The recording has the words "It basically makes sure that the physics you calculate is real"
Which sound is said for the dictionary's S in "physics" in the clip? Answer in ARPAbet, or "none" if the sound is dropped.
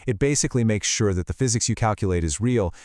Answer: S